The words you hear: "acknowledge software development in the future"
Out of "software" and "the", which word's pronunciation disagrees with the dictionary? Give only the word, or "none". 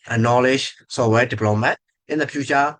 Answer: software